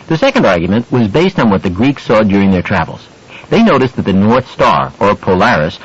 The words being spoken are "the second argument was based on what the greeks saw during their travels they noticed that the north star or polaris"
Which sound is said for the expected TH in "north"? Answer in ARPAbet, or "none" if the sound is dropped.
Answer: TH